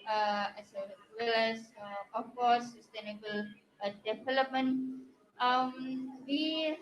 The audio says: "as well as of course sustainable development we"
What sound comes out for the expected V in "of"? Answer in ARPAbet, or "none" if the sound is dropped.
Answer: F